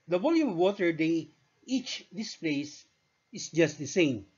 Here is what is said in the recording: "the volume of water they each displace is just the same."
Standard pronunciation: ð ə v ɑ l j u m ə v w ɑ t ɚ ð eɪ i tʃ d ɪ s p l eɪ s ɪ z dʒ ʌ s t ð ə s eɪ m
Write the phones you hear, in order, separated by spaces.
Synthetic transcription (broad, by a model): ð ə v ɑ l j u m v w ɑ t ɚ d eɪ i tʃ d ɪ s p l eɪ s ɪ s dʒ ʌ s t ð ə s eɪ m